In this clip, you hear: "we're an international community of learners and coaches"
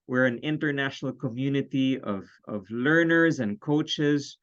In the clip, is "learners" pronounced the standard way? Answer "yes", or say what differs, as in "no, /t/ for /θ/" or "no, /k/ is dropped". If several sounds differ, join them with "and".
yes